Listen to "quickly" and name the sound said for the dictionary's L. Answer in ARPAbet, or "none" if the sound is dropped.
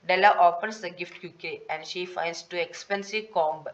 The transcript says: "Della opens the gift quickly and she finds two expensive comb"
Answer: none